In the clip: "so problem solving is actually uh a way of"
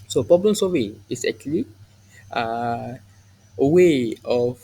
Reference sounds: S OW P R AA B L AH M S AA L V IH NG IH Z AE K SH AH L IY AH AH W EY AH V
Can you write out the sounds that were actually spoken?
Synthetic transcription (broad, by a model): S OW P R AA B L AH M S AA V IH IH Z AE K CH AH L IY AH AH W EY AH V